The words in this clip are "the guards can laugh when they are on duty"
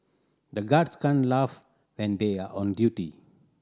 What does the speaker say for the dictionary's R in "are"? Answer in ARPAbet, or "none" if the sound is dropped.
R